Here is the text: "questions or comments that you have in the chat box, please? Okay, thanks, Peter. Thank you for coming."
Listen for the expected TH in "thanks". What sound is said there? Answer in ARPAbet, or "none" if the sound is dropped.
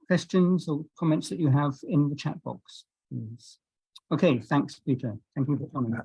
TH